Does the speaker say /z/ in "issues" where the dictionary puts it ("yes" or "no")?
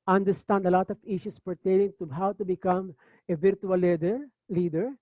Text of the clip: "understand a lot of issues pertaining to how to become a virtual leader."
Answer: no